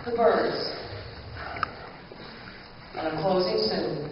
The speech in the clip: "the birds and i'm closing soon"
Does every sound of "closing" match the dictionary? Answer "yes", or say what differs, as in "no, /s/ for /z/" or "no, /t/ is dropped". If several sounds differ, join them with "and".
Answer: yes